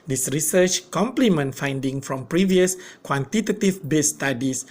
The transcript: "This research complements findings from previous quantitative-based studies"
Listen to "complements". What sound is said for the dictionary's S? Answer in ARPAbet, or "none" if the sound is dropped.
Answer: none